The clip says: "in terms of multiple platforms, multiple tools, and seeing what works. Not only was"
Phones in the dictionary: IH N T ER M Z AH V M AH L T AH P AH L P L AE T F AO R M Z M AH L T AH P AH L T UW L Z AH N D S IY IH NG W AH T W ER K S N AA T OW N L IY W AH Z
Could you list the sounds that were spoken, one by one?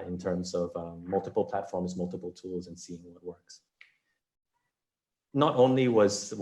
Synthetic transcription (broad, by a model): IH N T ER M Z AH V M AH L T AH P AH L P L AE T F AO R M Z M AH L T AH P L T UW L Z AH N S IY IH NG W AH T W ER K S N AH T OW N L IY W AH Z